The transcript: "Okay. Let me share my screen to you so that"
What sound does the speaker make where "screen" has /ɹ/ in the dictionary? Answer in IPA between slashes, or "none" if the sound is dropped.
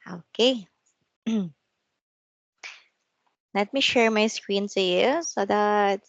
/ɹ/